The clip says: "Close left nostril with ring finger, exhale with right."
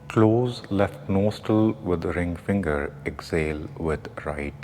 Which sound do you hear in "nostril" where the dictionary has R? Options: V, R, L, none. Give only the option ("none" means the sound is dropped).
none